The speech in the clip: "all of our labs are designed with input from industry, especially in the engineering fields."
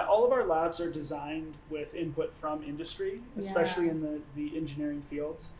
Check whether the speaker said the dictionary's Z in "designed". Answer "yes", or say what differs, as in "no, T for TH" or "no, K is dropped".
yes